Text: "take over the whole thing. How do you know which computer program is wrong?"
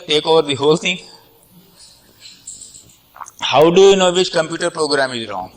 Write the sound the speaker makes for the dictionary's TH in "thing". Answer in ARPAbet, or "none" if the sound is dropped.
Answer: T